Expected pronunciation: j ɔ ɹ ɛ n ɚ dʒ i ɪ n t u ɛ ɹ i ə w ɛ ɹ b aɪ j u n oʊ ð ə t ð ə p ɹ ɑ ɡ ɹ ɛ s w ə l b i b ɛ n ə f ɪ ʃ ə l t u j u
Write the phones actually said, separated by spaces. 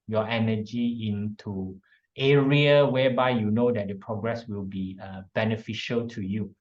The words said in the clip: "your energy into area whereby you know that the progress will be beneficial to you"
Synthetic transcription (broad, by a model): j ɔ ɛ n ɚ dʒ i ɪ n t u ɛ ɹ i ə w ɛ b aɪ j u n oʊ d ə t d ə p ɹ ɑ ɡ ɹ ɛ s w ə l b i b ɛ n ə f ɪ ʃ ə l t u j u